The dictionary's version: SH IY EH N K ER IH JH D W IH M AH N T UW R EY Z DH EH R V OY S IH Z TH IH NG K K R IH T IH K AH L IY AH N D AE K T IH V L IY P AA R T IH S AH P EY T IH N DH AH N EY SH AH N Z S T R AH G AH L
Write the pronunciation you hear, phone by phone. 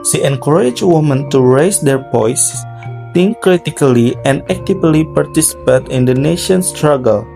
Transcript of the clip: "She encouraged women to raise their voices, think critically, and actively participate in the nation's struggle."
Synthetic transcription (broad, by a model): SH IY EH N K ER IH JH W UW M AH N T UW R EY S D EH R P OY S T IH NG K K R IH T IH K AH L IY AH N D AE K T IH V L IY P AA R T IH S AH P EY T IH N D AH N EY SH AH N S T R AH G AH L